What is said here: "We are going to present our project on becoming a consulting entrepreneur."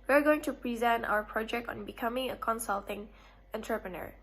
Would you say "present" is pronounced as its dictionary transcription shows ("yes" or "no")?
yes